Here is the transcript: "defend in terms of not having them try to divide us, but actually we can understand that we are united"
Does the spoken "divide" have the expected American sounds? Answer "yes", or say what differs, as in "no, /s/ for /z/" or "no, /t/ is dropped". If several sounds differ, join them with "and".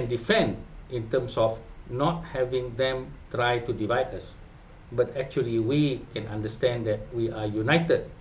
yes